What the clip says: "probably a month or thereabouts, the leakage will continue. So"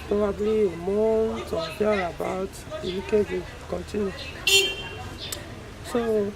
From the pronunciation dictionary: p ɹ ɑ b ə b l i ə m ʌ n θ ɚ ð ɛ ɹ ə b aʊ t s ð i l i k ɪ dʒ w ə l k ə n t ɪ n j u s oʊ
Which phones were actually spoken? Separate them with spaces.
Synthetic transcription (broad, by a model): p ɹ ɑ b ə b l i ə m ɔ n t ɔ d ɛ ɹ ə b aʊ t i n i k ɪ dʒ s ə k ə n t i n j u s oʊ